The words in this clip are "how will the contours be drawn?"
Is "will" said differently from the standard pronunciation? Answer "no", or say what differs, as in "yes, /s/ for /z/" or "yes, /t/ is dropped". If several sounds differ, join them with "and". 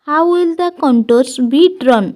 no